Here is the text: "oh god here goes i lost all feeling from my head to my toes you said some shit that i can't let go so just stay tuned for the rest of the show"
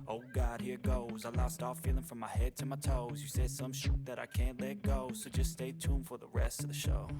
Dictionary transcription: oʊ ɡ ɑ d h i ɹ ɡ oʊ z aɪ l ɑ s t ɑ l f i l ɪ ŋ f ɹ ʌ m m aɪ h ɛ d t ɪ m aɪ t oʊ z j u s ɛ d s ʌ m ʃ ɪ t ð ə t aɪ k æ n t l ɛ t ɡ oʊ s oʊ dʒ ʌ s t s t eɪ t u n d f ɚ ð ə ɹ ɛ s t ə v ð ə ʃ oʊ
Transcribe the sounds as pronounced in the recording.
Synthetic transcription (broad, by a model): oʊ ɡ ɑ d h i ɹ ɡ oʊ z aɪ l ɑ s t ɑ f i l ɪ ŋ f ɹ ʌ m m aɪ h ɛ d t ɪ m aɪ t oʊ z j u s ɛ d s ʌ m ʃ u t ð ə t aɪ k æ n t l ɛ t ɡ oʊ s oʊ dʒ ʌ s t s t eɪ t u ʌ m f ɚ ð ə ɹ ɛ s t ə v ð ə ʃ oʊ